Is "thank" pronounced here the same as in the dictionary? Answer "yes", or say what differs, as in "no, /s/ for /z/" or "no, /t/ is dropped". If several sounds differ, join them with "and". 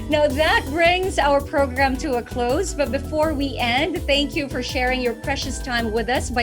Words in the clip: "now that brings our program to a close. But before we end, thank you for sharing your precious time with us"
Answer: yes